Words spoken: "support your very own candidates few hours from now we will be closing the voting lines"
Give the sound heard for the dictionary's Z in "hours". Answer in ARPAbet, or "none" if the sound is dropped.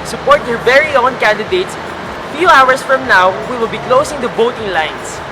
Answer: S